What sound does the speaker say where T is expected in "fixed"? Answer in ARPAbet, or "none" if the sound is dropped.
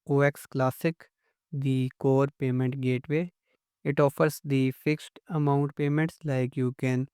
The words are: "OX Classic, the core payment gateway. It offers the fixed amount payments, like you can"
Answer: T